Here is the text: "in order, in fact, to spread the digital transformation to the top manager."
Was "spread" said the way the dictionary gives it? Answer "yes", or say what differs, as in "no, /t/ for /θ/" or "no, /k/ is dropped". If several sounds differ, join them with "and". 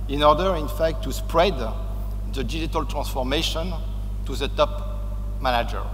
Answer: yes